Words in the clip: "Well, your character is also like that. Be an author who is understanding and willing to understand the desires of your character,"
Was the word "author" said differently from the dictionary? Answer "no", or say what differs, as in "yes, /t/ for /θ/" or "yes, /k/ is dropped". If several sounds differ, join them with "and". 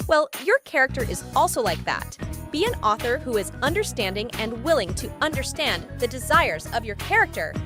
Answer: no